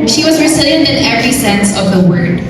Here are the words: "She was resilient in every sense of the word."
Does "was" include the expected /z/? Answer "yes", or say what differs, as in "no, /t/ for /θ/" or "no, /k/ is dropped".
yes